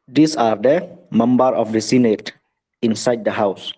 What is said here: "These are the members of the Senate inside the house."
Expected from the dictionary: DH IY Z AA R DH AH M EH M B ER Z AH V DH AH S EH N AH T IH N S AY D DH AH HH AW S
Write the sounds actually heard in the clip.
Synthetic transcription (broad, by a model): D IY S AA R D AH M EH M B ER AH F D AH S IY N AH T IH N S AY D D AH HH AW S